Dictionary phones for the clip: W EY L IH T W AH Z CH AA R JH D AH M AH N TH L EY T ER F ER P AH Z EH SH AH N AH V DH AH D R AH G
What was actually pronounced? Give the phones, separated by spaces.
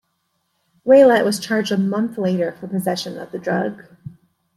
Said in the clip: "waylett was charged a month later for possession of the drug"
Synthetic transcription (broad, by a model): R EY L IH T W AH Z CH AA R JH D AH M AH N TH L EY T ER F ER P AH Z EH SH AH N AH V DH AH D R AH G